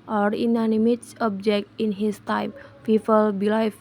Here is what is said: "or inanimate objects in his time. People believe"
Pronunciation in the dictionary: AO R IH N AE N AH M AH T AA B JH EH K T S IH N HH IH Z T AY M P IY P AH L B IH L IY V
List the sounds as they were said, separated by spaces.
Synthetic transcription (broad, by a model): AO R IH N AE N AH M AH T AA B JH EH K T IH N HH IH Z T AY M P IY F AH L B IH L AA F